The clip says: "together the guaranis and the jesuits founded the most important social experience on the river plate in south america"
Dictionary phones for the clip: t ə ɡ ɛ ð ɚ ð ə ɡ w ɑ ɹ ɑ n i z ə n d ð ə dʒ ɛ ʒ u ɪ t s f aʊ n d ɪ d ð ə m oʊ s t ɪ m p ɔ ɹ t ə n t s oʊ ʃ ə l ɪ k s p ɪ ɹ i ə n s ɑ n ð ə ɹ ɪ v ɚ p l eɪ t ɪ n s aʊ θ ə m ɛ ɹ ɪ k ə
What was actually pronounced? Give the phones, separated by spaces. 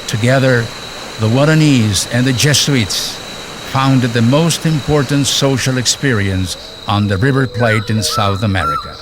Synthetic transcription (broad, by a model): t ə ɡ ɛ ð ɚ ð ə w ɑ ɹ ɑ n i z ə n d ð ə dʒ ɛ s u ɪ t s f aʊ n d ɪ d ð ə m oʊ s t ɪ m p ɔ ɹ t n t s oʊ ʃ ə l ɪ k s p ɪ ɹ i ə n s n ð ə ɹ ɪ v ɚ p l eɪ t ɪ n s aʊ θ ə m ɛ ɹ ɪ k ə